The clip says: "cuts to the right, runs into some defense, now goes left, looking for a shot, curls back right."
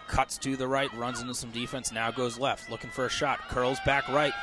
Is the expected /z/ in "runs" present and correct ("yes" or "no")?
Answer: yes